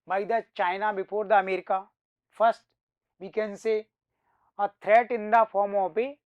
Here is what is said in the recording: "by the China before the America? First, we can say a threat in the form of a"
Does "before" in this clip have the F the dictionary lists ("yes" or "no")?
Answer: no